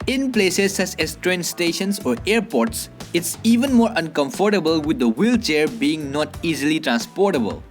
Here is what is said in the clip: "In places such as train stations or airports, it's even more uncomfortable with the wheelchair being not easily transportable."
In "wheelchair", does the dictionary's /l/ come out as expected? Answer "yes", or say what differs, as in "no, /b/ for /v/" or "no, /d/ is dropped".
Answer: yes